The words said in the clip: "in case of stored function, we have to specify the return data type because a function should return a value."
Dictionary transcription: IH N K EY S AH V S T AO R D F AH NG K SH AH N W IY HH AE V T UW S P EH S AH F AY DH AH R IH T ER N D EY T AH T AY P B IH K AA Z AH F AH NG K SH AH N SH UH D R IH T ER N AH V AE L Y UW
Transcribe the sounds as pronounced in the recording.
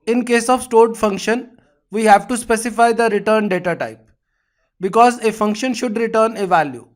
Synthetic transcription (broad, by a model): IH N K EY S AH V S T AO R D F AH NG K SH AH N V IY HH AE V T UW S P EH S AH F AY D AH R IH T ER N D EY T AH T AY P B IH K AA Z AH F AH NG K SH AH N SH UH D R IH T ER N AH V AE L Y UW